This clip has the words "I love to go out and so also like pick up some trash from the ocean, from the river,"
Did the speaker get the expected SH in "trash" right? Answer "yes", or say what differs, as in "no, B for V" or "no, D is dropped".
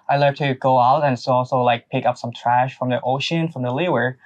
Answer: yes